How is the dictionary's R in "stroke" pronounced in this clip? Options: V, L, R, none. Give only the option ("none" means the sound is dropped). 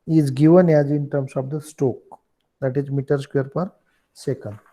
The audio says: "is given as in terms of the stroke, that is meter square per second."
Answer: none